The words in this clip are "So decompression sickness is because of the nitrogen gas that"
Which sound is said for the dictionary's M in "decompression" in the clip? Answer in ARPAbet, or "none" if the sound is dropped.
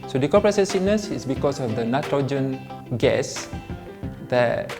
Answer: none